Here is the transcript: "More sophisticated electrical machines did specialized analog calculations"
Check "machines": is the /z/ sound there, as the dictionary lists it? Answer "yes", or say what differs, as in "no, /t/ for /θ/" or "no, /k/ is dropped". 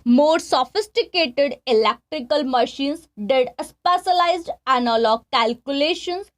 no, /s/ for /z/